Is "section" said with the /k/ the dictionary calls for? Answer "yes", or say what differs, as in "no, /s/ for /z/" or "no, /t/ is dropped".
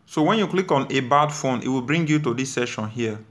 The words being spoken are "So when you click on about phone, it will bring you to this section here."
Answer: no, /k/ is dropped